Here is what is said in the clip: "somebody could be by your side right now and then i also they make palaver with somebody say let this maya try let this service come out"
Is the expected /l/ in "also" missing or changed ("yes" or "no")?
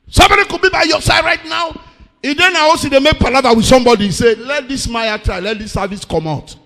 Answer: yes